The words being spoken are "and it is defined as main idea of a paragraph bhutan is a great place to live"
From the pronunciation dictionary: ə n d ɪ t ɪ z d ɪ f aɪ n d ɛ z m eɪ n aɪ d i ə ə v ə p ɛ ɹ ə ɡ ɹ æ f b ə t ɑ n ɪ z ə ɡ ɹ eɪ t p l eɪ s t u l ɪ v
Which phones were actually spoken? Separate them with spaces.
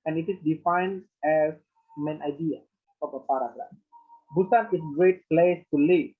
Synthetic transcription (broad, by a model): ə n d ɪ t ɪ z d ɪ f aɪ n d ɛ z m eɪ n aɪ d i ə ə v ə p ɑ ɹ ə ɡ ɹ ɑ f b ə s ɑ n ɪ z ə ɡ ɹ eɪ t p l eɪ s t u l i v